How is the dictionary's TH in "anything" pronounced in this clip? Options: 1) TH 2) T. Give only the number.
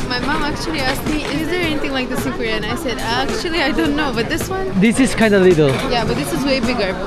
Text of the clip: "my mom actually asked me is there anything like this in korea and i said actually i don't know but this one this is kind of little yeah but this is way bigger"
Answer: 2